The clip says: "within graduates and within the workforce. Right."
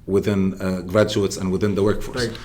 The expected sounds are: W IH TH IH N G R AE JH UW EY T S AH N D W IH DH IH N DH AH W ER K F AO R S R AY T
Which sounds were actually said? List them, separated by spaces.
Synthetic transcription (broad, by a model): W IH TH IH N G R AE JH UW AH T S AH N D W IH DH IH N DH AH W ER K F AO R S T